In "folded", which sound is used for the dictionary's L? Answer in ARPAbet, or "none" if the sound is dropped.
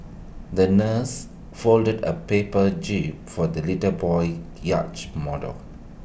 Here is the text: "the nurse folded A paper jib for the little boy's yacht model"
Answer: L